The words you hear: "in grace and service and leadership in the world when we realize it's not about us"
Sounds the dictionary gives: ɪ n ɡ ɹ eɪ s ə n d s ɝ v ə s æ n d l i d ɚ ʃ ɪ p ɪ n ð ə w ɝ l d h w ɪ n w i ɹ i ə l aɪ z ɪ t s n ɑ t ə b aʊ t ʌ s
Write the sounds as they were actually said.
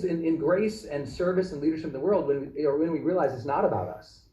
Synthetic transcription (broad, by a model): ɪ n ɡ ɹ eɪ s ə n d s ɝ v ə s n l i d ɚ ʃ ɪ p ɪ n ð ə w ɝ l d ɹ w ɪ n w i ɹ i ə l aɪ z ɪ t s n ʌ t ə b aʊ t ʌ s